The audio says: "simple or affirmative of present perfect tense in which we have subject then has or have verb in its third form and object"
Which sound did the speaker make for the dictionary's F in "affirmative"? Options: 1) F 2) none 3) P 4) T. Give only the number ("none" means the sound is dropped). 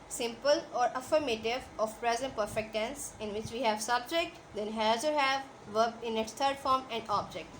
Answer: 1